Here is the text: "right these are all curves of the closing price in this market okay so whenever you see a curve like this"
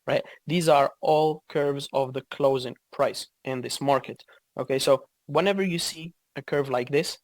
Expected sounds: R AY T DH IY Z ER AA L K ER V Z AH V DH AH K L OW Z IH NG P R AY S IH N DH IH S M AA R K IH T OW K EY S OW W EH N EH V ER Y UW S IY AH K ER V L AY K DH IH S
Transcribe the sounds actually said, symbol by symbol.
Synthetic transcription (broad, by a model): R AY T DH IY Z ER AA L K ER V Z AH V DH AH K L OW Z IH NG P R AY S IH N DH IH S M AA R K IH T OW K EY S OW W EH N EH V ER Y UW S IY AH K ER V L AY K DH IH S